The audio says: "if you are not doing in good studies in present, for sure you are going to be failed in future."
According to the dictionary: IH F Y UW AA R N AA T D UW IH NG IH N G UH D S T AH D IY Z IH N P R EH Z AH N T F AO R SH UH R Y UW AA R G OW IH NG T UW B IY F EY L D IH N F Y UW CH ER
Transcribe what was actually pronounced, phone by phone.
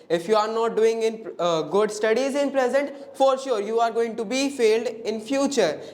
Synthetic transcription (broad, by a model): IH F Y UW AA R N AA T D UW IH NG IH N G UH D S T AH D IY Z IH N P R EH Z AH N T F AO R SH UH R Y UW AA R G OW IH NG T UW B IY F EY L D IH N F Y UW CH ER